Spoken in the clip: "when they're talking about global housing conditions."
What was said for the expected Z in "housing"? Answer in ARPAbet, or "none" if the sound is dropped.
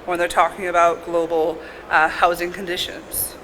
Z